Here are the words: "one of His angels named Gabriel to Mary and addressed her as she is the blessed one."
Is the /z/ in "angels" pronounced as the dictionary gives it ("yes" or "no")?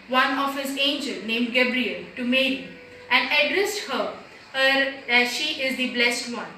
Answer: no